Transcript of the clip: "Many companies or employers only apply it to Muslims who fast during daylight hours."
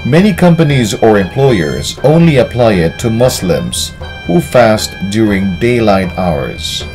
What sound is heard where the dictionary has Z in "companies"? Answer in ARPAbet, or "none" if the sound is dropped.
Z